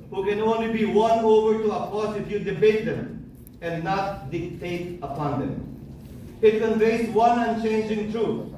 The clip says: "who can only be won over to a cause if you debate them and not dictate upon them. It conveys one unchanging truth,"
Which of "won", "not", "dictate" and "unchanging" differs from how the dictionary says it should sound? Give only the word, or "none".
none